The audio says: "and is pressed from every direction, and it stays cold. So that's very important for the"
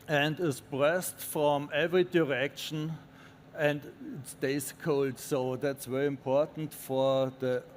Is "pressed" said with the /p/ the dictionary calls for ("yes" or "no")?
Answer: no